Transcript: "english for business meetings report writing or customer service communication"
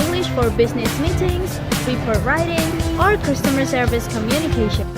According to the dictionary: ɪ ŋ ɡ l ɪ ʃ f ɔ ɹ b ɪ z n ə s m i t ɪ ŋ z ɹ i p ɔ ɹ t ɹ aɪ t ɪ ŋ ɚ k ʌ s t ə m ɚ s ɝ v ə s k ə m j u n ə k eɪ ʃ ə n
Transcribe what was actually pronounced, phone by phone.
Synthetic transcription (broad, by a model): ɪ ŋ ɡ l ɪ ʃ f ɔ ɹ b ɪ z n ə s m i t ɪ ŋ z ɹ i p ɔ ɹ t ɹ aɪ t ɪ ŋ ɚ k ʌ s t ə m ɚ s ɝ v ə s k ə m j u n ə k eɪ ʃ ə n